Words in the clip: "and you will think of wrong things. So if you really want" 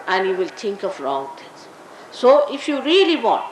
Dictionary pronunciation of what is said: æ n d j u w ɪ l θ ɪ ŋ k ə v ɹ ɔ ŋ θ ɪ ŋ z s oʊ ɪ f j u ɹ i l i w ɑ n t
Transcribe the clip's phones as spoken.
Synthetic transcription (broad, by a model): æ n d j u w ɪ l t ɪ ŋ k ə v ɹ ɔ ŋ t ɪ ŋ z s oʊ ɪ f j u ɹ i l i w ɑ n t